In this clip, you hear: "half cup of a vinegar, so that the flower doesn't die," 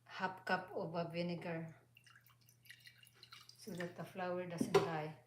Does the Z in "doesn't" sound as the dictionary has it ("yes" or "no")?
no